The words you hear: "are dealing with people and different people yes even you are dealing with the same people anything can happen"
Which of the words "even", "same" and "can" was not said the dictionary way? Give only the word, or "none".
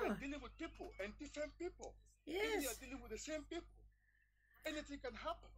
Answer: even